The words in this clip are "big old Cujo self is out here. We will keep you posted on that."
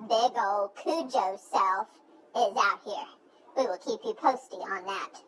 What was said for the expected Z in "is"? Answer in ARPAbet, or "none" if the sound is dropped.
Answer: Z